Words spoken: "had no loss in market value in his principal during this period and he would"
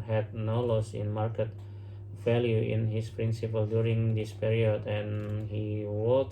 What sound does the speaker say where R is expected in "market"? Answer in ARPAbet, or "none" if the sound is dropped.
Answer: R